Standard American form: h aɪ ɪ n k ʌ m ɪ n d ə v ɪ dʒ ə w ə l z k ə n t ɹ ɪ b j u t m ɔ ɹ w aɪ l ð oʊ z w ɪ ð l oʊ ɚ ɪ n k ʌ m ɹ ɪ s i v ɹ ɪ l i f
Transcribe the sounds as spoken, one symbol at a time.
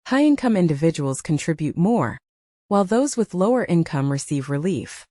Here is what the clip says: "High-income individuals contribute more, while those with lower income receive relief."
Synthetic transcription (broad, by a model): h aɪ ɪ n k ʌ m ɪ n d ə v ɪ dʒ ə w l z k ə n t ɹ ɪ b j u t m ɔ ɹ w aɪ l ð oʊ z w ɪ ð l oʊ ɚ ɪ n k ʌ m ɹ ɪ s i v ɹ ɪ l i f